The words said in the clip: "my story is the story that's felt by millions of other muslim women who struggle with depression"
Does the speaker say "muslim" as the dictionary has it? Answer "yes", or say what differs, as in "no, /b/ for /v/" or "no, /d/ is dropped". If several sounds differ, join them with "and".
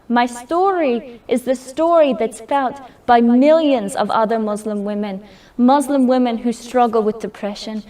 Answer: yes